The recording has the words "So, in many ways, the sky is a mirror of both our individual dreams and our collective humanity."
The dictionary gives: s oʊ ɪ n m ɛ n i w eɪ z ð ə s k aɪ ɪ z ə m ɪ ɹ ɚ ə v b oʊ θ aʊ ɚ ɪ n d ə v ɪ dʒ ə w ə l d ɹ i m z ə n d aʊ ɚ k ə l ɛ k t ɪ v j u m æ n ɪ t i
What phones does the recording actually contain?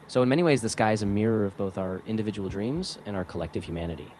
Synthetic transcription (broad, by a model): s oʊ ɪ n m ɛ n i w eɪ z ð ə s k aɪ ɪ z ə m ɪ ɹ ɚ ə v b oʊ θ aʊ ɚ ɪ n d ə v ɪ dʒ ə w l d ɹ i m z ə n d aʊ ɚ k ə l ɛ k t ɪ v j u m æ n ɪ t i